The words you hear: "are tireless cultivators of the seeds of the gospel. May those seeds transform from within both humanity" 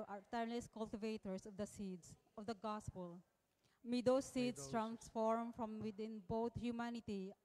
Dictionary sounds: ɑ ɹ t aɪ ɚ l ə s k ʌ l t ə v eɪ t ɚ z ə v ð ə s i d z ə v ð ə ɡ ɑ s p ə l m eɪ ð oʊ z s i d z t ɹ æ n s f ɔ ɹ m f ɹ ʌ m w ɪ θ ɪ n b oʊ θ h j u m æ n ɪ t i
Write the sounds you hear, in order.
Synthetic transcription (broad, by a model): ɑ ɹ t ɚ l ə s k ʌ l t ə v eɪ t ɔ s ə v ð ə s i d s ə v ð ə ɡ ɑ s p ə l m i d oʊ s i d s t ɹ æ n s f ɔ ɹ m f ɹ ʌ m w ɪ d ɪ n b oʊ t h j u m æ n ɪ t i